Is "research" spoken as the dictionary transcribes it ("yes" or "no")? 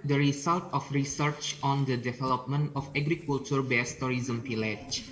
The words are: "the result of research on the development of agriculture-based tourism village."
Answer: yes